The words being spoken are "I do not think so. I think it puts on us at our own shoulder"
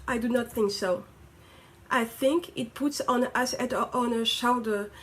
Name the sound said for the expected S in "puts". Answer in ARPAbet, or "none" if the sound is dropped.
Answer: S